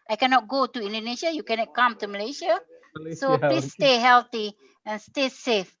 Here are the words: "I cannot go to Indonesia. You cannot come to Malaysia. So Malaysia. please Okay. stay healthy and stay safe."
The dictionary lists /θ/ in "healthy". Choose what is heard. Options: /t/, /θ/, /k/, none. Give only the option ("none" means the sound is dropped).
/t/